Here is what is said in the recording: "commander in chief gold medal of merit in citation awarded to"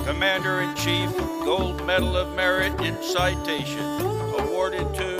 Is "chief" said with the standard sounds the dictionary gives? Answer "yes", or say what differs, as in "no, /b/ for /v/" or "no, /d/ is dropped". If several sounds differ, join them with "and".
yes